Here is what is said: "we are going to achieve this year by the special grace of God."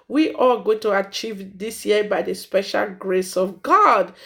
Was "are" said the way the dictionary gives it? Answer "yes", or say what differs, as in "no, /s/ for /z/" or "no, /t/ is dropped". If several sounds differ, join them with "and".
no, /l/ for /ɹ/